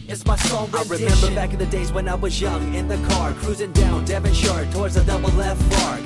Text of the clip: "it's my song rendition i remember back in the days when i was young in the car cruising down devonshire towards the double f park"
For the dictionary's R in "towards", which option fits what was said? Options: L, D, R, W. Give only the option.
R